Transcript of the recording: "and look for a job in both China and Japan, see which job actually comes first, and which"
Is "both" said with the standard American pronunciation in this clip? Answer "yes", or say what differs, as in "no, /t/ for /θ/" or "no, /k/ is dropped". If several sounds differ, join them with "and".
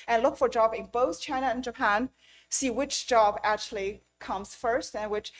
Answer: yes